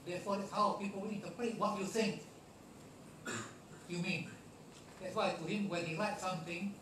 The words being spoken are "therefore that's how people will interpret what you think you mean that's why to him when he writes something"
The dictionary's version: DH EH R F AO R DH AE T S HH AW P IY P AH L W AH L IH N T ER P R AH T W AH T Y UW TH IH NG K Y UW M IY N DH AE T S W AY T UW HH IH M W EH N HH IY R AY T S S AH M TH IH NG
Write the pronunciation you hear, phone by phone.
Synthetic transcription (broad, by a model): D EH F AO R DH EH T S HH AW P IY P AH L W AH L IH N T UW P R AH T W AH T Y UW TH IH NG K Y UW M IY N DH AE T S W AY T UW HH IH M W EH N HH IY L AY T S S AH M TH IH NG